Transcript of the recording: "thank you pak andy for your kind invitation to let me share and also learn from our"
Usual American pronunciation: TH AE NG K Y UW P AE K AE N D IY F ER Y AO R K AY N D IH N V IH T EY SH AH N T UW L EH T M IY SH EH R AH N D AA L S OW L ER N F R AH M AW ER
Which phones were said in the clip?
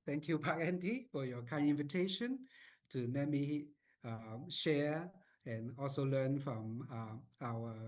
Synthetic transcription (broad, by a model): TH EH NG K Y UW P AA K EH N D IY F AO Y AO K AY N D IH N V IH T EY SH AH N T UW N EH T M IY SH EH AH N AA L S OW L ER N F R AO M AW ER